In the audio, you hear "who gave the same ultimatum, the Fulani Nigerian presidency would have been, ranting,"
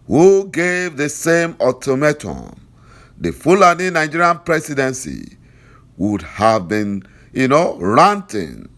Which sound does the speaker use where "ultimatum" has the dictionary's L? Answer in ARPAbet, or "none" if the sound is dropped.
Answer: none